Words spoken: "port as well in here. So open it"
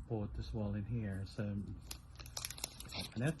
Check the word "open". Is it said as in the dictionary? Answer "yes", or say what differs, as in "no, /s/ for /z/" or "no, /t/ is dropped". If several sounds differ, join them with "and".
no, /p/ is dropped